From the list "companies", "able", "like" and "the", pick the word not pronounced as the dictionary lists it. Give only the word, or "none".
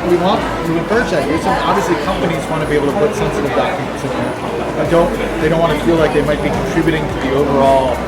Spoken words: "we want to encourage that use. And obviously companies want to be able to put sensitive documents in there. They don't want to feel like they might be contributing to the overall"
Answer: able